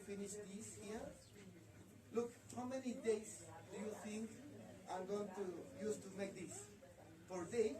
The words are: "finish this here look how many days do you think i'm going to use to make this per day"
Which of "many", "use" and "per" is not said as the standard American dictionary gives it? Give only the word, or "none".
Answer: per